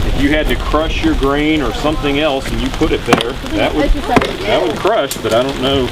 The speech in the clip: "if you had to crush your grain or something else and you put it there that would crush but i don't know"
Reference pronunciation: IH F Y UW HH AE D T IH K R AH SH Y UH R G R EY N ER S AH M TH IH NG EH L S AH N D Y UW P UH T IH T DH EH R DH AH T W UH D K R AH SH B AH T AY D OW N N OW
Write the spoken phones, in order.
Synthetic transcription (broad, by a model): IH F Y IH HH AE D T IH K R AH SH Y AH R G R EY N ER S AH M TH IH NG EH L S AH N Y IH P UH T IH T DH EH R DH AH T W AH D K R AH SH B AH T AY D OW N N OW